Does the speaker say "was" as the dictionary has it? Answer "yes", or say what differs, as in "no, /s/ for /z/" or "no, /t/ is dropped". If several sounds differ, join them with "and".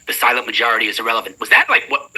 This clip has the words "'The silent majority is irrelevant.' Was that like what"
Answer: yes